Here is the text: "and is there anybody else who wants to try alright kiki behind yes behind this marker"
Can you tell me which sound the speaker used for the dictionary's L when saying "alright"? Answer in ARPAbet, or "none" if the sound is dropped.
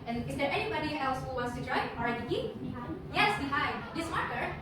none